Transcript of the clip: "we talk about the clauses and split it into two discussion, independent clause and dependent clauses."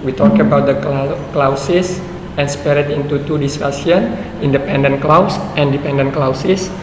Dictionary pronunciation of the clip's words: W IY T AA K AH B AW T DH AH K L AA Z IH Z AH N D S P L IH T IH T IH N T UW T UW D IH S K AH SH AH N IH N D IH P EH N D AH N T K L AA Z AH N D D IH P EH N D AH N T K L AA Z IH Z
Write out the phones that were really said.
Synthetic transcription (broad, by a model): W IY T AA K AH B AW T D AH K L AA S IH S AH N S P EH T IH T IH N T UW T UW D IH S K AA S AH N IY N D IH P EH N D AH N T K L AA S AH N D D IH P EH N D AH N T K L AA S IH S